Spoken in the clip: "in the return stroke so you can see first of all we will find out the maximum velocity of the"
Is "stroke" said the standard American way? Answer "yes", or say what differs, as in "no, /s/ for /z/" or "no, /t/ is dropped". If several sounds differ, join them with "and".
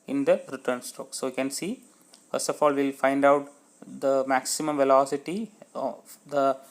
no, /ɹ/ is dropped